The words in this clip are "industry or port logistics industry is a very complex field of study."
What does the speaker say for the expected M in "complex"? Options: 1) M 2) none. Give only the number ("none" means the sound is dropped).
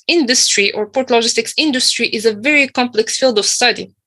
1